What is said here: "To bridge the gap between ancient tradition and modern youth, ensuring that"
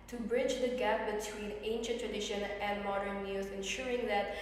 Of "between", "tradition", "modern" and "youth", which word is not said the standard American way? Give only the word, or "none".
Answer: youth